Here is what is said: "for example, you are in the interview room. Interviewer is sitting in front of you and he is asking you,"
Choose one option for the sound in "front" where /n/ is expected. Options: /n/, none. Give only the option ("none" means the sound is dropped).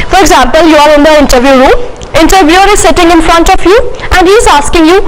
/n/